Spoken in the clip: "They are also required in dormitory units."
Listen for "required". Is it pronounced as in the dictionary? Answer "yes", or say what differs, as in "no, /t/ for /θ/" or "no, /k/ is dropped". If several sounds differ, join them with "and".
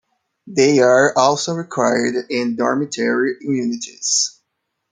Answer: yes